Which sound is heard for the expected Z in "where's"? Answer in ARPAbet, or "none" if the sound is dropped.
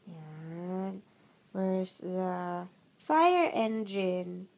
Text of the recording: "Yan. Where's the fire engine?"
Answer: S